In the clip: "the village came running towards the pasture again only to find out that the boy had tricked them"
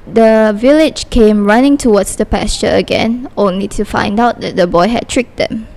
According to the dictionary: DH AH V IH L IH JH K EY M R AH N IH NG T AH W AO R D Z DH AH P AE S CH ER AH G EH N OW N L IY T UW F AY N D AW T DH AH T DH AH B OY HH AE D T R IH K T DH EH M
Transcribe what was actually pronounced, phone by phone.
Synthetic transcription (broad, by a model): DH AH V IH L IH JH K EY M R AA N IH NG T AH W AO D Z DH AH P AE S CH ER AH G EH N OW N L IY T UW F AY N D AW T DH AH T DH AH B OY HH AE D T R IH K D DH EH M